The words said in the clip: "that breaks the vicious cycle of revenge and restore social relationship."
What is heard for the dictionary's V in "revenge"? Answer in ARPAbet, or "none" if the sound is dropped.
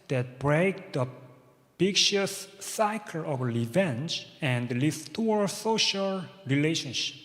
V